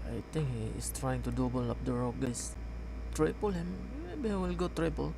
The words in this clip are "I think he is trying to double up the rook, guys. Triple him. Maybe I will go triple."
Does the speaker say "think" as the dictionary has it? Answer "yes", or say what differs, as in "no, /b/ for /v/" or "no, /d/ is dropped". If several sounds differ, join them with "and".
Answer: no, /t/ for /θ/